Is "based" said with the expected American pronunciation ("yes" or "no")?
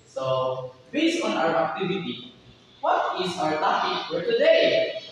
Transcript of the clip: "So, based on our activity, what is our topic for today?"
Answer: no